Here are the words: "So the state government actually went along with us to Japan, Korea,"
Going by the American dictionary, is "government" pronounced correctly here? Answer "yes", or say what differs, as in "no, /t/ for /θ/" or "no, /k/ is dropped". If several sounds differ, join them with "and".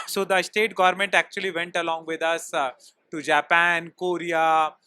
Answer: yes